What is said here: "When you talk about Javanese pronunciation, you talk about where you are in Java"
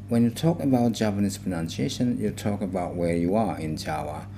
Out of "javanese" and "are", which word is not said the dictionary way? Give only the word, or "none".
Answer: javanese